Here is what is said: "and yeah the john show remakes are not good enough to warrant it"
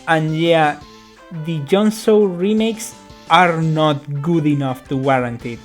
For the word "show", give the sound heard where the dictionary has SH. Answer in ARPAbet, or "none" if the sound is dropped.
S